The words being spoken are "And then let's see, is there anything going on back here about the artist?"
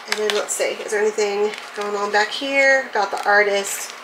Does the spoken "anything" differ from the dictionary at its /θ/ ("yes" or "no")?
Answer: no